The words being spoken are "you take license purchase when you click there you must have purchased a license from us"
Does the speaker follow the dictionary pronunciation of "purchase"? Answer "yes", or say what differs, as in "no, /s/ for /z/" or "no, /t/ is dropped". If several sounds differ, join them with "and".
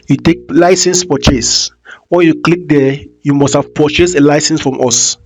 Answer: no, /f/ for /p/